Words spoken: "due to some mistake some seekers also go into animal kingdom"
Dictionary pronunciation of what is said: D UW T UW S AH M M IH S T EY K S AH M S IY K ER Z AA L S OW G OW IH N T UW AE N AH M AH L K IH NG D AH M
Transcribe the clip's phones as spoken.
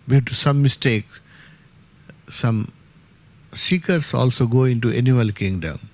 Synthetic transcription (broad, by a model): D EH T UW S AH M M IH S T EY K S AH M S IY K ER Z AA L S OW G OW IH N T UW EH N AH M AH L K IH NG D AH M